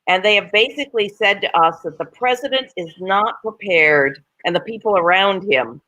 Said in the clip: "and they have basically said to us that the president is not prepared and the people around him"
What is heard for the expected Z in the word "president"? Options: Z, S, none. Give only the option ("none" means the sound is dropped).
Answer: Z